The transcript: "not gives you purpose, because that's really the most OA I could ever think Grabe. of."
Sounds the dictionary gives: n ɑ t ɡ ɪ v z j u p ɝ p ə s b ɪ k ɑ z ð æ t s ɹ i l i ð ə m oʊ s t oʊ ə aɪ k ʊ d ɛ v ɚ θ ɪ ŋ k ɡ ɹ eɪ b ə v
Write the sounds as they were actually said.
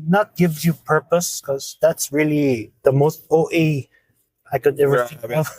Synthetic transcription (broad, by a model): n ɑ t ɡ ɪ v j u p ɝ p ə s k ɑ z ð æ t s ɹ i l i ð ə m oʊ s t oʊ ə aɪ k ʊ d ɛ v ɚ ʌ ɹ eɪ ə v